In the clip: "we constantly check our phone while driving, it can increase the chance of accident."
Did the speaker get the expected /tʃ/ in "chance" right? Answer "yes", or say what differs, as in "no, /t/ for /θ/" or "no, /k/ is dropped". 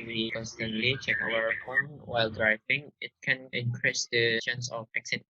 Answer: no, /ʃ/ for /tʃ/